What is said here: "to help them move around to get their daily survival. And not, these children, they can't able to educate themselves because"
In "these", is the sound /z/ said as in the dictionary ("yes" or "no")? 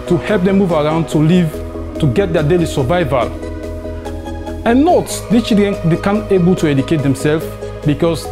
no